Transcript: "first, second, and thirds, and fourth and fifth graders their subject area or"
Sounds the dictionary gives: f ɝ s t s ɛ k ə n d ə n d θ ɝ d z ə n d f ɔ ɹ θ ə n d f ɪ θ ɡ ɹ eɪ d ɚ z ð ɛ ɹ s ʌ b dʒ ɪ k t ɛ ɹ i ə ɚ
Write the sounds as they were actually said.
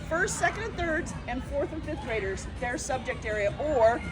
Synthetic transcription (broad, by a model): f ɝ s t s ɛ k ə n d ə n θ ɝ d z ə n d f ɔ ɹ θ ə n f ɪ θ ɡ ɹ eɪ d ɚ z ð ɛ ɹ s ʌ b dʒ ɪ k t ɛ ɹ i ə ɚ